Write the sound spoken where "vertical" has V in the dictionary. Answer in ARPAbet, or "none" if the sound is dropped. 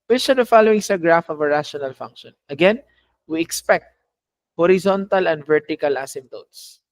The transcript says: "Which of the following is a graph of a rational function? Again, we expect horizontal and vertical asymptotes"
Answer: V